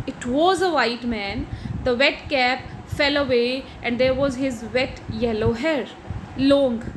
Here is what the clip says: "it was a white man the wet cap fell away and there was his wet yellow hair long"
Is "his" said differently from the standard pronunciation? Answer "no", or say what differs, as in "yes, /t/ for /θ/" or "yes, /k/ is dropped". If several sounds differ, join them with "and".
no